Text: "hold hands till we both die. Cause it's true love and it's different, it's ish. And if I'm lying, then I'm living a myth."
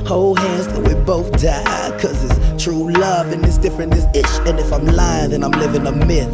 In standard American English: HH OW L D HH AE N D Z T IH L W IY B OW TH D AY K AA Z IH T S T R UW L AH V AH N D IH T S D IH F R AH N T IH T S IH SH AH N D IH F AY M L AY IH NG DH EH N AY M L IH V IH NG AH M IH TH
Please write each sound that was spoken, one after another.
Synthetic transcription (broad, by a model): HH OW L HH AE N D Z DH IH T W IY B OW TH D AY K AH Z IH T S T R UW L AH V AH N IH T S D IH F R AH N IH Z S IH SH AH N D IH F AY M L AY IH NG DH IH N AY M L IH V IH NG AH M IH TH